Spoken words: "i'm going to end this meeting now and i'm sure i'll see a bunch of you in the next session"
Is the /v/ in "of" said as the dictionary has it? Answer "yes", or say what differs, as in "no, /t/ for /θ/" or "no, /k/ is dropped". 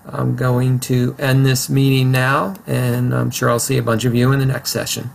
yes